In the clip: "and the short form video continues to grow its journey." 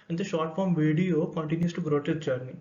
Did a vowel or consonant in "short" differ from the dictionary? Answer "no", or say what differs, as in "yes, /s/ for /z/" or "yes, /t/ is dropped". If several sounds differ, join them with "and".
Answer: no